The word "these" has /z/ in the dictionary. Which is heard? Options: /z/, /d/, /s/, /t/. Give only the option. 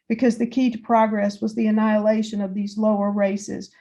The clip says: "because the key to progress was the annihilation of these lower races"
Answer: /z/